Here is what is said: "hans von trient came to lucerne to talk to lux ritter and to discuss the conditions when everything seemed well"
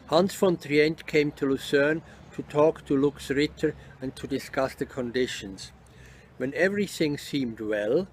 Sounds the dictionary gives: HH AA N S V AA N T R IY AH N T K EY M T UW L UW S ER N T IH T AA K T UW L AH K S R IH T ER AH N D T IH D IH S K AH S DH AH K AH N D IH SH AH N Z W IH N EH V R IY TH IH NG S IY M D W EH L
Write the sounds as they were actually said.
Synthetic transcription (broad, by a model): HH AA N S F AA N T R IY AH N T K EY M T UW L UW S ER N T IH T AA K T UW L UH K S R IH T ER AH N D T IH D IH S K AH S DH AH K AH N D IH SH AH N Z W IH N EH V R IY TH IH NG S IY M D W EH L